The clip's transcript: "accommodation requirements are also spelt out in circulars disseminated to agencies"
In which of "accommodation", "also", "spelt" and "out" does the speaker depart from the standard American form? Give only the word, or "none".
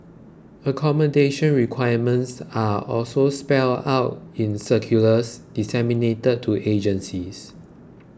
spelt